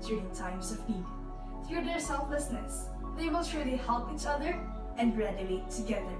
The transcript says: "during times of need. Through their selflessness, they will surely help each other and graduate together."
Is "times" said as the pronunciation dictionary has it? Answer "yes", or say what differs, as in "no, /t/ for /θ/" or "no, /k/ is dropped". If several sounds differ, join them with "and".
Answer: no, /s/ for /z/